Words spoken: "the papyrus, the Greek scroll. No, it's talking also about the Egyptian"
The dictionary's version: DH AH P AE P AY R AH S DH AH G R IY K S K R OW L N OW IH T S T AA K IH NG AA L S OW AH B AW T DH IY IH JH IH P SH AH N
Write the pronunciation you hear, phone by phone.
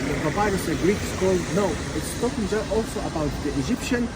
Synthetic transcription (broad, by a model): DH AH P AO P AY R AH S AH G R IY K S K OW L N OW IH T S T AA K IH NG AA L S OW AH B AW T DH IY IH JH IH P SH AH N